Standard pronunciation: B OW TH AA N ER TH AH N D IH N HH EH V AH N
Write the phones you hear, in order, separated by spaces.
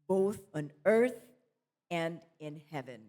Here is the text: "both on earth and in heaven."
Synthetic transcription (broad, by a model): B OW TH N ER TH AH N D IH N HH EH V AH N